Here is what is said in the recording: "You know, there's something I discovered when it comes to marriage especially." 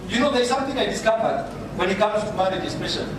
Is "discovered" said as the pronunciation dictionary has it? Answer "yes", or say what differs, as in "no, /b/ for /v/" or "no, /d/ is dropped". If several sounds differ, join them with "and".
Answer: no, /b/ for /v/